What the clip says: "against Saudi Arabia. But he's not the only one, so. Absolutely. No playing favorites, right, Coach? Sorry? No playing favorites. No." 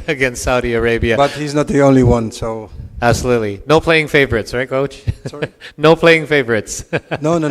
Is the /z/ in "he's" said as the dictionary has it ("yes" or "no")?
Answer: yes